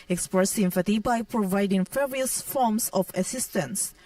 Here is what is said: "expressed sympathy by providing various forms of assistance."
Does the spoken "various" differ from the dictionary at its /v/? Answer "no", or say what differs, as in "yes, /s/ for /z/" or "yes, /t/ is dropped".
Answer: yes, /f/ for /v/